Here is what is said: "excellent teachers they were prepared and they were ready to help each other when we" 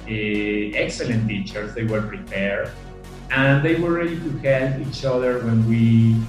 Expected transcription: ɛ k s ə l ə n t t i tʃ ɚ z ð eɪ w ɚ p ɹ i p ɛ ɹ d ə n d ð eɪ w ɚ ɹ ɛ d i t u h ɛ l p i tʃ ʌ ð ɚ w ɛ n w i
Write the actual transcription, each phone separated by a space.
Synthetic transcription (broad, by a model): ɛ k s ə l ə n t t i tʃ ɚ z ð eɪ w ɚ p ɹ i p ɛ ɹ d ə n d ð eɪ w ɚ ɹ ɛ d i t u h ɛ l i tʃ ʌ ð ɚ w ɛ n w i